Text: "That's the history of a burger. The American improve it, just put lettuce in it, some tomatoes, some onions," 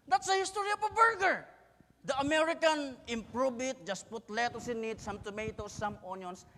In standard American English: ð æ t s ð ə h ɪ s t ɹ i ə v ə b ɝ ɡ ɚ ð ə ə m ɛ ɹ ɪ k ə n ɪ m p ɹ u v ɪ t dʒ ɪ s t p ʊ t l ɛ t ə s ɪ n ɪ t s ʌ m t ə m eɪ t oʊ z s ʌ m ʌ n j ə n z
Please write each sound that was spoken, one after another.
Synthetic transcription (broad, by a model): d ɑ t s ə h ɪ s t ɹ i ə p ə b ɝ ɡ ɚ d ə ə m ɛ ɹ ɪ k ə n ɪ m p ɹ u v ɪ t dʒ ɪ s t p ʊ t l ɛ t ə s ɪ n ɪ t s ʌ m t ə m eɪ t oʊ s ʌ m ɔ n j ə n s